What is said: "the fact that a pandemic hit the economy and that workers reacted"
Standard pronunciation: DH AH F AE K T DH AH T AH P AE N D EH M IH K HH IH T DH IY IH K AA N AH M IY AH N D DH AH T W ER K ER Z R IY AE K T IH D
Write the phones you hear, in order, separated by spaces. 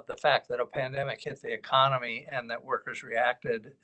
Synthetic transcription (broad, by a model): DH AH F AE K T DH AH T AH P AE N D EH M IH K HH IH T DH IY IH K AA N AH M IY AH N DH AH T W ER K ER Z R IY AE K T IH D